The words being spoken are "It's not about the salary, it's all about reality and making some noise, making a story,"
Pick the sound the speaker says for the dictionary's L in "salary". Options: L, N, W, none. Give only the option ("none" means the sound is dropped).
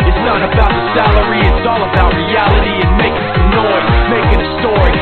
L